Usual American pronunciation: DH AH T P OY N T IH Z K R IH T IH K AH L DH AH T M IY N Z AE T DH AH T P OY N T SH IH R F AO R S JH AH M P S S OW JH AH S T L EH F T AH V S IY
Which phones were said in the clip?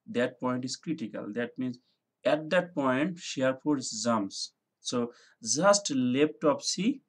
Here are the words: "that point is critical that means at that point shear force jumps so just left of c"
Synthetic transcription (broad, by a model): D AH T P OY N T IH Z K R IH T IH K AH L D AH T M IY N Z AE T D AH T P OY N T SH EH R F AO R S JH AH M S S OW JH AH S T L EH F T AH P S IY